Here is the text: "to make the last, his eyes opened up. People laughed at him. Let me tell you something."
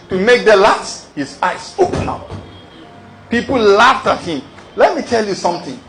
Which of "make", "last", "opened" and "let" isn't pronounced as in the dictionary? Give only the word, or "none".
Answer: opened